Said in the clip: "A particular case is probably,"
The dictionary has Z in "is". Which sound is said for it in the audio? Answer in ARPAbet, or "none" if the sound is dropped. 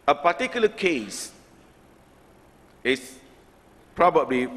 S